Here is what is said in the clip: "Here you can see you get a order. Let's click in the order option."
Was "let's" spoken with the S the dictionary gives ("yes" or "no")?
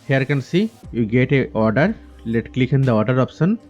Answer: no